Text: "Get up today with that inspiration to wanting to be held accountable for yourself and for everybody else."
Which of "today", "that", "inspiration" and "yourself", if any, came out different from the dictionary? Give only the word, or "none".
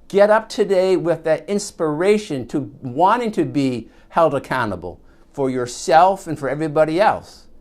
none